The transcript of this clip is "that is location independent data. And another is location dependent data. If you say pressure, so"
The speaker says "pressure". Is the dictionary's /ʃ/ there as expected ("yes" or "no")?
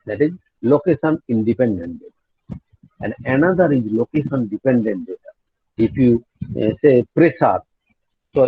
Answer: no